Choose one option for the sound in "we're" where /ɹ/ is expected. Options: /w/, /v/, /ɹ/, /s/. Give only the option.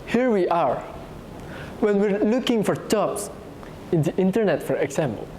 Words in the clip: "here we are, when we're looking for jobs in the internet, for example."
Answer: /ɹ/